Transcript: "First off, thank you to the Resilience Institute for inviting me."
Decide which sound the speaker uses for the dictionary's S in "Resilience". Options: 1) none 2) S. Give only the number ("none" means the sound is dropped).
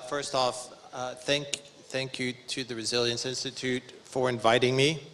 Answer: 2